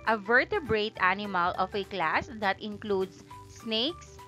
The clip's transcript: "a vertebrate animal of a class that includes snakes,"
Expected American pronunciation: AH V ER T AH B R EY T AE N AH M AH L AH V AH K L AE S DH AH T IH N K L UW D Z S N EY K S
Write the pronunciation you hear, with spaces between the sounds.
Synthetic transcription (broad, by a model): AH V ER T AH B R EY T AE N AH M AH L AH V AH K L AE S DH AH T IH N K L UW D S N EY K S